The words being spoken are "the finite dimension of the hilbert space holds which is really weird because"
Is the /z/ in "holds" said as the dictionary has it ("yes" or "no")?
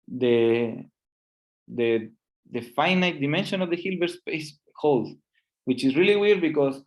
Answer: no